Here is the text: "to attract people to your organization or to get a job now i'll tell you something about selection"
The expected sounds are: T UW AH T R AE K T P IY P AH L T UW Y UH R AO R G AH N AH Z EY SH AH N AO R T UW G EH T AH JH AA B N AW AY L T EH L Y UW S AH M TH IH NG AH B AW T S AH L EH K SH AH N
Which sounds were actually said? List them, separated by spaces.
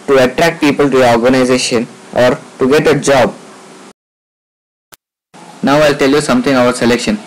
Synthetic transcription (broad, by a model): T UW AH T R AE K T P IY P AH L T UW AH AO R G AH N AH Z EY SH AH N AO R T UW G EH T AH JH AA B N AW AY L T EH L Y UW S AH M T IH NG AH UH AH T S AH L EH K SH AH N